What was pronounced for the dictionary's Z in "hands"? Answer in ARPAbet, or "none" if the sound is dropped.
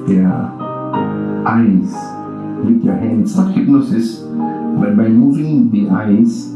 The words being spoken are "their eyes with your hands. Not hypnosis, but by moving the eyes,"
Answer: S